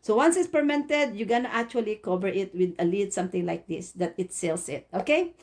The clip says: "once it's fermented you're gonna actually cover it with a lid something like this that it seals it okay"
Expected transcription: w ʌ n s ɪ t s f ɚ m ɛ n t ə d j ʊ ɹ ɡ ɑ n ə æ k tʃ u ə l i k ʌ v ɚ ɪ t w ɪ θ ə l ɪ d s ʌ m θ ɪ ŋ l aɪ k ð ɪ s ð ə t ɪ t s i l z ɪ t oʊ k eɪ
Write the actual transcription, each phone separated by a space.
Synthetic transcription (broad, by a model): w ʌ n s ɪ t s p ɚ m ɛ n t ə d j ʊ ɡ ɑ n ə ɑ k tʃ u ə l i k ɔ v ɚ ɪ t w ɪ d ə l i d s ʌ m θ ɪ ŋ l aɪ k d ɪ s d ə t ɪ t s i l s ɪ t oʊ k eɪ